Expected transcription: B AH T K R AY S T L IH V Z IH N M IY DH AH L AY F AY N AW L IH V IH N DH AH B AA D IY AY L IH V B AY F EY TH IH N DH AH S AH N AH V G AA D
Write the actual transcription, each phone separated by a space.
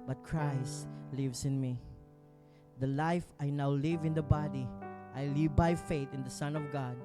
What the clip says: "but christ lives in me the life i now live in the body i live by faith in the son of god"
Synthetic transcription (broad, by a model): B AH T K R AY S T L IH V S IH N M IY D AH L AY F AY N AW L IH V IH N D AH B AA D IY AY L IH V B AY F EY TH IH N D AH S AH N AH V G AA D